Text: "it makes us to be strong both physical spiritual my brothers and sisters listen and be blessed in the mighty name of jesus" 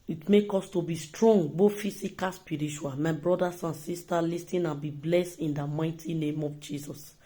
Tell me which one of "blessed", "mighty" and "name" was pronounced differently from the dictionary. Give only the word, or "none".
none